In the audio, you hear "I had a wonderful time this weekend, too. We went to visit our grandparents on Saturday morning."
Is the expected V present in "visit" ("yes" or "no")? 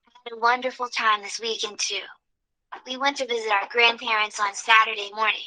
yes